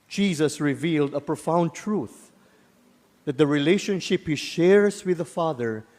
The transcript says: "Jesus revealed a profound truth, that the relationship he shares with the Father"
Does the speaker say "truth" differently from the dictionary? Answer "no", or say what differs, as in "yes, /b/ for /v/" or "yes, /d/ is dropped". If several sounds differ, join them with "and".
no